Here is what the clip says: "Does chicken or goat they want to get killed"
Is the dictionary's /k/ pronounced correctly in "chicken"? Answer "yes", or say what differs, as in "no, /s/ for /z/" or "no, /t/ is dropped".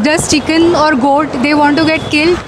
yes